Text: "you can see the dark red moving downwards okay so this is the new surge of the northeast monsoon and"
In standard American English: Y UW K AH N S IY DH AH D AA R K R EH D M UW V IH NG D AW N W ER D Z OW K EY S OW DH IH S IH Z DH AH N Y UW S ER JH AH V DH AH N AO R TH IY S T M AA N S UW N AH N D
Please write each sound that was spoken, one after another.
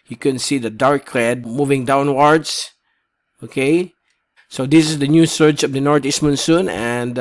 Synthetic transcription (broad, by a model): Y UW K AH N S IY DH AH D AA R K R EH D M UW V IH NG D AW N W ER D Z OW K EY S OW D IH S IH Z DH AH N Y UW S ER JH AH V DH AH N AO R T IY S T M AA N S UW N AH N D